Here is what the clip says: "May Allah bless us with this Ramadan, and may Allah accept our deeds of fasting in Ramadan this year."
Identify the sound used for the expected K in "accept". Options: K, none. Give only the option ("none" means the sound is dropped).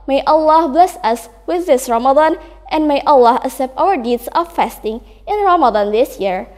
none